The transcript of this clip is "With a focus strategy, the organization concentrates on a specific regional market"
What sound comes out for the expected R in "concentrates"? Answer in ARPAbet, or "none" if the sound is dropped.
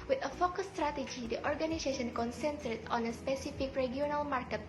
none